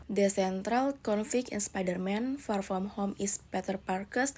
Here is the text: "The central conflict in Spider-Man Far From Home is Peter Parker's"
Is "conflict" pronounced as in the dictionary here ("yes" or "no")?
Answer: no